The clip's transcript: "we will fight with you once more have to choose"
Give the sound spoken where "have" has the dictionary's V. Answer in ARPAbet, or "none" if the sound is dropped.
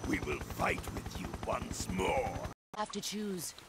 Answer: F